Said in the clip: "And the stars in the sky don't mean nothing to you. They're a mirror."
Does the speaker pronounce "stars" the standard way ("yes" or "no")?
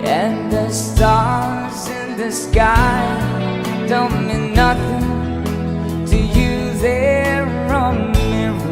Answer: yes